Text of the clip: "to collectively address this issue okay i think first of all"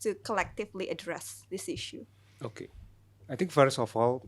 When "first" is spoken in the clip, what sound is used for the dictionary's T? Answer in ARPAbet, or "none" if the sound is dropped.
none